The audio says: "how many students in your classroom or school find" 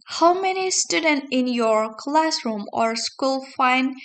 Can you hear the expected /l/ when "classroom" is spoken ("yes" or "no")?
yes